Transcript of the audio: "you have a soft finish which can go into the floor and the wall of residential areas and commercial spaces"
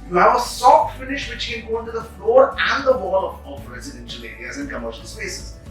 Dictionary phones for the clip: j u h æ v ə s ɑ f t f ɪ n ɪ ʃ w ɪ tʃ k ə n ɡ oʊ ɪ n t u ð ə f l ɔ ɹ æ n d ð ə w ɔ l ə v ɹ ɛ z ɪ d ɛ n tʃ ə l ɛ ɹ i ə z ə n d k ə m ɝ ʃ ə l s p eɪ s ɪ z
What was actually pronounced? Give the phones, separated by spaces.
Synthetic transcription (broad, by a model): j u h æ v ə s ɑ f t f ɪ n ɪ ʃ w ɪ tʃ k ə n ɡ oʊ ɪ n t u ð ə f l ɔ ɹ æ n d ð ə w ɔ l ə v ɹ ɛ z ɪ d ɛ n ʃ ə l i i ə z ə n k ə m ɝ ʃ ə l s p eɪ s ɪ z